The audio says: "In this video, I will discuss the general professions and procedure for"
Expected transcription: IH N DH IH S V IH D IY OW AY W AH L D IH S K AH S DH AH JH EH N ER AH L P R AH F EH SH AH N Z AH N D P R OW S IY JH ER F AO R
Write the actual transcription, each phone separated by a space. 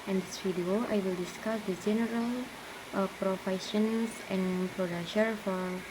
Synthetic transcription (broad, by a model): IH N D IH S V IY D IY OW AY W AH L D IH S K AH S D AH JH EH N ER AH L P R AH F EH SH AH N S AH N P R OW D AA SH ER F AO R